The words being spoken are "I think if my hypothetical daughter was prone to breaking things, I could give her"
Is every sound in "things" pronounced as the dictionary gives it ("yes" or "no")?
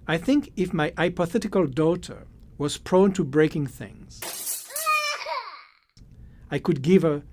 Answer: yes